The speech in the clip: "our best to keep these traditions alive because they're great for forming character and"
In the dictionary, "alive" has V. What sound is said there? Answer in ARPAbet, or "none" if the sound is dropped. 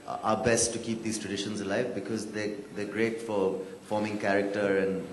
V